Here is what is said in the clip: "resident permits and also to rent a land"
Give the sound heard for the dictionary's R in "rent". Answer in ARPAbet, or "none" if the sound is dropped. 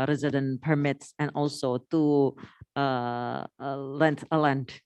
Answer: L